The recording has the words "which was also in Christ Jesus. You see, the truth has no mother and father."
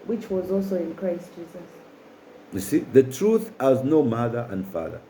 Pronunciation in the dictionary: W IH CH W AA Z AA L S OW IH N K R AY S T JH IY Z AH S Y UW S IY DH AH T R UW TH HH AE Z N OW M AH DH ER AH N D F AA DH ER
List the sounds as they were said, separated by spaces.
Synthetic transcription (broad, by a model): W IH CH W AA Z AA L S OW IH N K R AY S T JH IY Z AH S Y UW S IY DH AH T R UW TH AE Z N OW M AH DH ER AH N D F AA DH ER